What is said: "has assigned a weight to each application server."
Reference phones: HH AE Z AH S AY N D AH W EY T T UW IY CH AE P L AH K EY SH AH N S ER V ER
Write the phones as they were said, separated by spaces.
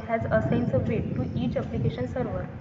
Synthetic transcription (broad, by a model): HH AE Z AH S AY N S AH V EY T T UW IY CH AE P L AH K EY SH AH N S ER V ER